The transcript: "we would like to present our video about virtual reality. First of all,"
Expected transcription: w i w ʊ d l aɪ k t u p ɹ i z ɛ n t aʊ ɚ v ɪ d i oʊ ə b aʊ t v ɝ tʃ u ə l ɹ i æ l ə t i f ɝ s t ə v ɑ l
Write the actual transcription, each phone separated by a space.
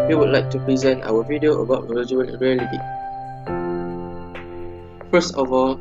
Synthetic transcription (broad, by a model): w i w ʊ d l aɪ k t u p ɹ i z ɛ n t aʊ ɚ v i d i oʊ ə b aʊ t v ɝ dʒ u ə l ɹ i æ l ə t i f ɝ s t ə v ɑ l